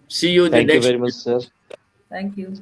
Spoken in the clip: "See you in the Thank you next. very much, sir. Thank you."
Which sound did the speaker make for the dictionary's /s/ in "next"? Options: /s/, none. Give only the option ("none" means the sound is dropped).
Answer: none